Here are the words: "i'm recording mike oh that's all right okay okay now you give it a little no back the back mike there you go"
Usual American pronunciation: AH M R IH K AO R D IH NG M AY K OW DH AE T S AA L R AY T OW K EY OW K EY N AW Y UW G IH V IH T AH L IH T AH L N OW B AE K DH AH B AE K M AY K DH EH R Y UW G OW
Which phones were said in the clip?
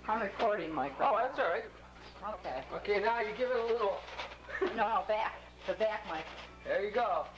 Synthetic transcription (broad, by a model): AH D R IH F AO R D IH M AY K OW DH AE T S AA R AY T OW K EY OW K EY N AW Y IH G IH V IH T AH L IH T L N OW B AE K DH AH B AE K M AY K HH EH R Y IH G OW